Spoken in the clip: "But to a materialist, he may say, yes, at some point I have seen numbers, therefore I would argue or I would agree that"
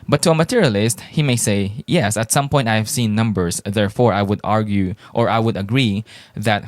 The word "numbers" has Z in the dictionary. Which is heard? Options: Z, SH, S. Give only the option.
S